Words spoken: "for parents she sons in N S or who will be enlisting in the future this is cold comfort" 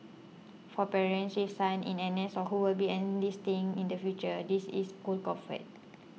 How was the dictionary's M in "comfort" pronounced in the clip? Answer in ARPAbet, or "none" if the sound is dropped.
none